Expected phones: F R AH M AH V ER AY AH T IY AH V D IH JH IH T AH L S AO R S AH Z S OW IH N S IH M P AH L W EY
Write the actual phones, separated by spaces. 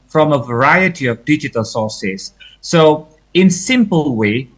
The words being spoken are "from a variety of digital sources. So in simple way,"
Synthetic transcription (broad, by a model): F R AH M AH V ER AY AH T IY AH V D IH JH IH T AH L S AO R S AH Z S OW IH N S IH M P AH L W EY